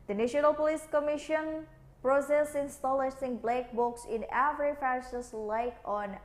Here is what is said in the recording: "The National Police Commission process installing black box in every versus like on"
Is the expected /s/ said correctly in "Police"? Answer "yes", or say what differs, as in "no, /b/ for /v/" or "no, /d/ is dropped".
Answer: yes